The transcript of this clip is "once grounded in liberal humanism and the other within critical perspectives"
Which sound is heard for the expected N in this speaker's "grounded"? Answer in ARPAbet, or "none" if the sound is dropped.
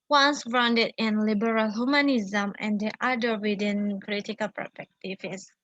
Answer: N